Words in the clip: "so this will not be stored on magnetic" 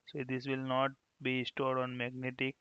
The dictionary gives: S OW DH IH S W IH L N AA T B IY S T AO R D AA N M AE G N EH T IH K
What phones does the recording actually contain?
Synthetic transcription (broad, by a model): S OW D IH S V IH L N AA T B IY S T AO R D AA N M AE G N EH T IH K